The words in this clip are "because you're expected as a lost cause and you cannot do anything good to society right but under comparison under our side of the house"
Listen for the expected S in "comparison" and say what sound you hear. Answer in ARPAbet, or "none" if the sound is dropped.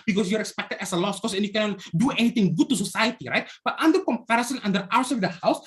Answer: S